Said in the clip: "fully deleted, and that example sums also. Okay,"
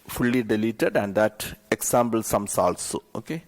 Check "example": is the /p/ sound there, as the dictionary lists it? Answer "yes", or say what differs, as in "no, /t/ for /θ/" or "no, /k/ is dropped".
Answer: no, /b/ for /p/